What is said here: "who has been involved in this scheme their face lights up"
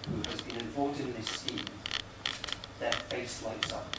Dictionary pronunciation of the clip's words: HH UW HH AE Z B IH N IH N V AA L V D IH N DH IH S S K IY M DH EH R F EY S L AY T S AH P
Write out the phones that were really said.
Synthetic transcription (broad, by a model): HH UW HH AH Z B IH N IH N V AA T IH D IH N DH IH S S IY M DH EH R F EY S L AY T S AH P